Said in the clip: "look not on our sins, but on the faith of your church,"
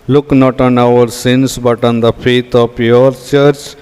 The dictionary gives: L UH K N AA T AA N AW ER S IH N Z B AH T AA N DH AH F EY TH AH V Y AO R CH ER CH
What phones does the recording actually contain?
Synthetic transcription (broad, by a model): L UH K N AA T AA N AW ER S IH N S B AH T AA N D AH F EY T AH P Y AO R CH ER CH